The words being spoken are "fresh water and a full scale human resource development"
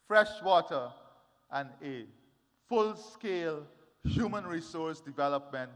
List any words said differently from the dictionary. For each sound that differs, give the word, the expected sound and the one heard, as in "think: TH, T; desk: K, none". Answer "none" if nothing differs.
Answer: none